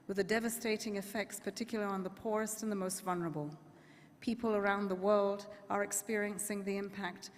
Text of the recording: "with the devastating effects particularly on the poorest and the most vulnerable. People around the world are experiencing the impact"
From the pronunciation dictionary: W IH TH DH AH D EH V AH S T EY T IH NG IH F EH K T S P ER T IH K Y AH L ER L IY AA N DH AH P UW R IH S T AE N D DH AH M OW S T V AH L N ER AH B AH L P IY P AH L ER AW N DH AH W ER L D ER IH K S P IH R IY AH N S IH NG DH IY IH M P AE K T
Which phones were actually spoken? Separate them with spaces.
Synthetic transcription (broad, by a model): W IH DH AH D EH V AH S T EY T IH NG IH F EH K T S P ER T IH K Y L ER IY N DH AH P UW R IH S T N DH AH M OW S T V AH L N ER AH B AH L P IY P AH L ER AW N DH AH W ER L D ER IH K S P IH R IY AH N S IH NG DH IY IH M P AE K T